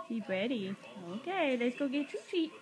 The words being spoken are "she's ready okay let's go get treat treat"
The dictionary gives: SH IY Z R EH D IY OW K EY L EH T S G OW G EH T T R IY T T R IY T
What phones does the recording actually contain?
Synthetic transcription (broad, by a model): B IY R EH D IY OW K EY L EH T S G OW G EH T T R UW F IY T